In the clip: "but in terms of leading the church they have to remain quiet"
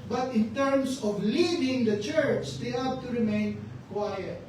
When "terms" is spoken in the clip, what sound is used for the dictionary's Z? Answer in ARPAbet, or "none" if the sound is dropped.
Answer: S